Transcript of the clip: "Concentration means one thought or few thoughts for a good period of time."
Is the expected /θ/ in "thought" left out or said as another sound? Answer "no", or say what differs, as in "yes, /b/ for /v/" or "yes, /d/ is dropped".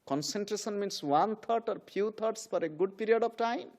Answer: yes, /t/ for /θ/